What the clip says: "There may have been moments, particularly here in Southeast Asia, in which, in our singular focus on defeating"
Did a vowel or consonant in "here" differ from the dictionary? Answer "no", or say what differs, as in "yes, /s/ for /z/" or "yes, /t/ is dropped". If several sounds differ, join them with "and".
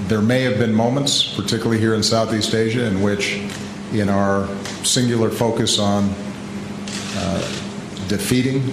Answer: no